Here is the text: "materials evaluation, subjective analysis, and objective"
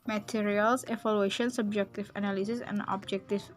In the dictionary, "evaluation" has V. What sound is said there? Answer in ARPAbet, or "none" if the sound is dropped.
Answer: F